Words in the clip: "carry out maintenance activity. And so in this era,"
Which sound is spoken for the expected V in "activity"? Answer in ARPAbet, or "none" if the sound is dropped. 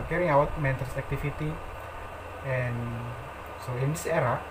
F